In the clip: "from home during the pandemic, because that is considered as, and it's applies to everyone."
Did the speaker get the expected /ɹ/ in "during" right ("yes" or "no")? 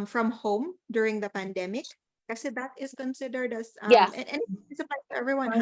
yes